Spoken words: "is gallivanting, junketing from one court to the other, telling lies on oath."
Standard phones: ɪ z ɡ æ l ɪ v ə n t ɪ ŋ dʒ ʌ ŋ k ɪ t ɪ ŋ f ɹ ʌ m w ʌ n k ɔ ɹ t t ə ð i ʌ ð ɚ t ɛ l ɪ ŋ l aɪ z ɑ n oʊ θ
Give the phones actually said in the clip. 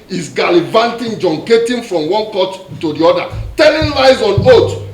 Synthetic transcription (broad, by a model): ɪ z ɡ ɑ l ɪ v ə n t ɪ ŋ dʒ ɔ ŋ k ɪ t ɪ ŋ f ɹ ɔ m w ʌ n k ɔ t t ə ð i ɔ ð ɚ t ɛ n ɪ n l aɪ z ɑ n oʊ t